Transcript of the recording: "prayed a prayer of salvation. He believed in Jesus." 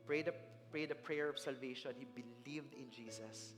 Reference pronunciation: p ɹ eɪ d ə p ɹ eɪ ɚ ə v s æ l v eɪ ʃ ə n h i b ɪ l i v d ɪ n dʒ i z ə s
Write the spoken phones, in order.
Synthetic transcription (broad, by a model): p ɹ eɪ d ə p ɹ eɪ ɚ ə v s æ l v eɪ ʃ ə n h i b ɪ l i v d ɪ n dʒ i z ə s